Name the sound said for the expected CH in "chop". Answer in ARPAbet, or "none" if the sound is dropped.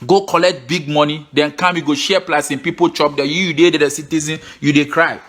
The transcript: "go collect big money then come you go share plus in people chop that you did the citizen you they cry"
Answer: CH